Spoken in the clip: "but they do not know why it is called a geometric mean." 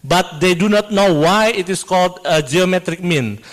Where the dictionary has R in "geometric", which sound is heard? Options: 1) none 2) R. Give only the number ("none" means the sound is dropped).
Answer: 2